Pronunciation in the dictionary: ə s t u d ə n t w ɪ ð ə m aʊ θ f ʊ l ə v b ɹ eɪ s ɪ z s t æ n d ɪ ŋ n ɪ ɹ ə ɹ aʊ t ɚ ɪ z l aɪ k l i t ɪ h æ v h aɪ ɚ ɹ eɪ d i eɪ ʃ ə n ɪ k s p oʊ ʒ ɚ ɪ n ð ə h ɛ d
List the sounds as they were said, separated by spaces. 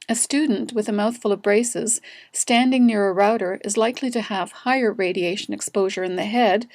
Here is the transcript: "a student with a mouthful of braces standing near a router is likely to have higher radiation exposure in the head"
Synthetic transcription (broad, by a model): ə s t u d n t w ɪ ð ə m aʊ θ f ʊ l ə v b ɹ eɪ s ɪ z s t æ n d ɪ ŋ n ɪ ɹ ə ɹ aʊ t ɚ ɪ z l aɪ k l i t ɪ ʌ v h aɪ ɚ ɹ eɪ d i eɪ ʃ ə n ɪ k s p oʊ ʒ ɚ ɪ n ð ə h ɛ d